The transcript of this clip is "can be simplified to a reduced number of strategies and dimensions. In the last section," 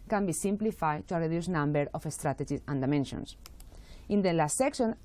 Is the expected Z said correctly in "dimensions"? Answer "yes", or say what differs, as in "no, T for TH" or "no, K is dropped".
no, S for Z